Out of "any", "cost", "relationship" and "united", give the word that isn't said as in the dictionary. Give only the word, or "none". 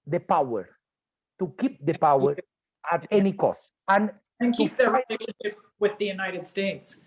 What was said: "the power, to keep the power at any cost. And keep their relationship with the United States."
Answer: relationship